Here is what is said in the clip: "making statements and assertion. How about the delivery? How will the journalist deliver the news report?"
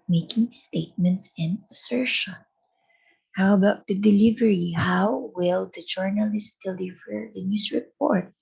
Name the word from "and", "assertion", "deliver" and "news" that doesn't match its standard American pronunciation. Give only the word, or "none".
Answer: news